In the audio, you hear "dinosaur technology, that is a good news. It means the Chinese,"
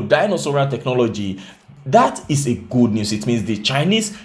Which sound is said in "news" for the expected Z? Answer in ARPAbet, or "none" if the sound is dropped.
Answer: S